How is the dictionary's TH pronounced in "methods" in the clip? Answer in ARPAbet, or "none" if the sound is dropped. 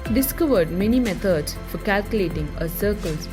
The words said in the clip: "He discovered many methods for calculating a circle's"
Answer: T